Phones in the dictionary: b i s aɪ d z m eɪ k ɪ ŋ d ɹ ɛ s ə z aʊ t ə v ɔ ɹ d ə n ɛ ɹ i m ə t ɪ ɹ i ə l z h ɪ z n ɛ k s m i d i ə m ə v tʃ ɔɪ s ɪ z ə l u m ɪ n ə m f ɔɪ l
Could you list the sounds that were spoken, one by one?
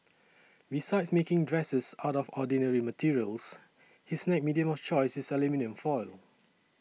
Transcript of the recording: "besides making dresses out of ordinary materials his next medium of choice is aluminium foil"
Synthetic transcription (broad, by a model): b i s aɪ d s m eɪ k ɪ ŋ d ɹ ɛ s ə s aʊ t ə f ɔ d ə n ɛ ɹ i m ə t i ɹ i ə l s h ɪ s n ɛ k m i d i ə m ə f tʃ ɔɪ s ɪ s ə l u m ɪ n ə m f ɔɪ l